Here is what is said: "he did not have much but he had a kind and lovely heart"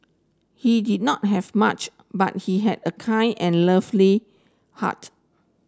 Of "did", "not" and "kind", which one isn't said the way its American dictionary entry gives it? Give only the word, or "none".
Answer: kind